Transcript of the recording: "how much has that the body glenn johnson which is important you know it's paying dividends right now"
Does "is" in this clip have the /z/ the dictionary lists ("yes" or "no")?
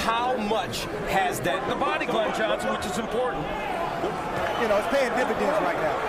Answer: yes